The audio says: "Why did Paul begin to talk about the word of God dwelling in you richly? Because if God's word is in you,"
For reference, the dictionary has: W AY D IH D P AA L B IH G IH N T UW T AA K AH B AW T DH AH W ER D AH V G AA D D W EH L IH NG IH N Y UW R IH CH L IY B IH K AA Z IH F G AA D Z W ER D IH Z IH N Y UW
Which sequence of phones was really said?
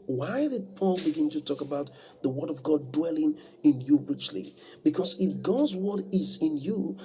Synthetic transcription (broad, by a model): W AY D IH D P AA L B IH G IH N T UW T AA K AH B AW T DH AH W ER D AH V G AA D D W EH L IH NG IH N Y UW R IH CH L IY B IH K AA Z IH F G AA D Z W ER D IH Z IH N Y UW